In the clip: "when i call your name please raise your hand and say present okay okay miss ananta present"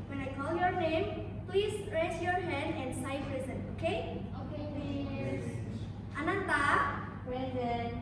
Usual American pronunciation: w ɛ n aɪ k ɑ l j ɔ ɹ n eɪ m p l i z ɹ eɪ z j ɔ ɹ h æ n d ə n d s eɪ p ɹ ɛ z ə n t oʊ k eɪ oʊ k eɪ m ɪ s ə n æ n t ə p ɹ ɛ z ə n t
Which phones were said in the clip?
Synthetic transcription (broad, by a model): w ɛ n aɪ k ɑ l j ɔ ɹ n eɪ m p l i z ɹ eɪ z j ɔ ɹ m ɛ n ə n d s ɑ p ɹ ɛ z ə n oʊ k eɪ oʊ k eɪ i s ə n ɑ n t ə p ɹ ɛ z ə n